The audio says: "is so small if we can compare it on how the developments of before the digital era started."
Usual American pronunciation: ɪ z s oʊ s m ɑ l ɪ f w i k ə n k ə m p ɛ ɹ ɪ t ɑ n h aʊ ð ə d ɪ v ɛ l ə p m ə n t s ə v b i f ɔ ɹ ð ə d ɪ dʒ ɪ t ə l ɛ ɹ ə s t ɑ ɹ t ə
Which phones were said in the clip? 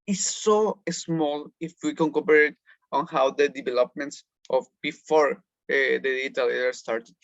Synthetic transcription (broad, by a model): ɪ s oʊ s m ɑ l ɪ f w i k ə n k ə p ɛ ɹ ɪ t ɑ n h aʊ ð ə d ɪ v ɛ l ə p m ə n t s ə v b i f ɔ ɹ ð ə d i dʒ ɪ t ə l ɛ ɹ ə s t ɑ ɹ t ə